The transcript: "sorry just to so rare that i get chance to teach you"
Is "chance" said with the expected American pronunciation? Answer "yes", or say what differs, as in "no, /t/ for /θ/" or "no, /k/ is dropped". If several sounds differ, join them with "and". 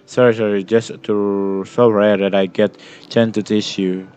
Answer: no, /s/ is dropped